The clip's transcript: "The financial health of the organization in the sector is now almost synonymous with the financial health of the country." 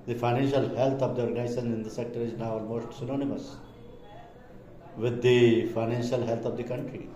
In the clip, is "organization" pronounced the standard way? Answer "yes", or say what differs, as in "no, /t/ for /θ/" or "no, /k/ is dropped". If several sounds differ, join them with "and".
no, /s/ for /ʃ/